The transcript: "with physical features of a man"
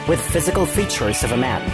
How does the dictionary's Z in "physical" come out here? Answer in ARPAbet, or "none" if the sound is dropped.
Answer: Z